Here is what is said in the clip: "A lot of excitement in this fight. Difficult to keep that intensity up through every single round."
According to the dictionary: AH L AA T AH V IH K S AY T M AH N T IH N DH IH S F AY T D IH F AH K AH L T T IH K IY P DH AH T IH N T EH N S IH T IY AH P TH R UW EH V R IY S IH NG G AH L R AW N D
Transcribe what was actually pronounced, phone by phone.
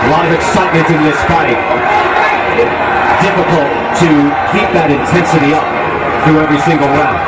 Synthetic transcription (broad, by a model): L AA AH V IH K S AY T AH T IH N DH IH S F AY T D IH F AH K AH L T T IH K IY P DH AH T IH N T EH N S IH T IY AH P TH R UW EH V R IY S IH NG G AH L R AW